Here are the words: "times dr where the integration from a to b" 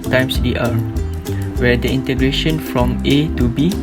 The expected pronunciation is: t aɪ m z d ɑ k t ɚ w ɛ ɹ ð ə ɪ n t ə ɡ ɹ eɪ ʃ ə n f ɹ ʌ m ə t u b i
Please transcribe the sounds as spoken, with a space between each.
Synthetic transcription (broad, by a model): t aɪ m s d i t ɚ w ɛ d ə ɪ n t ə ɡ ɹ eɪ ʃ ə n f ɹ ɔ m ə t u b i